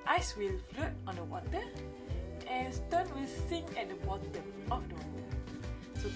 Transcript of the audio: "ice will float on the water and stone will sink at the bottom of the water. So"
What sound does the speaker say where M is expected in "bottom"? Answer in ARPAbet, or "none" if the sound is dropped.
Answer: none